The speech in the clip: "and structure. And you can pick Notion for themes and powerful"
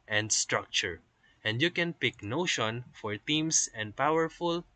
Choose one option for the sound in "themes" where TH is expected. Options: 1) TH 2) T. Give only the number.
2